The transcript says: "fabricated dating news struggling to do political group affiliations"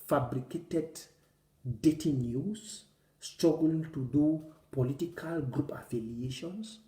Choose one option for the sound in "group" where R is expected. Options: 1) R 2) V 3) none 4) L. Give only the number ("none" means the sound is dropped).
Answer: 1